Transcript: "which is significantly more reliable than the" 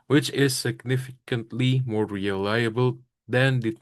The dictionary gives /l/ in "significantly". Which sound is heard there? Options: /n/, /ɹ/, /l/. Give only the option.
/l/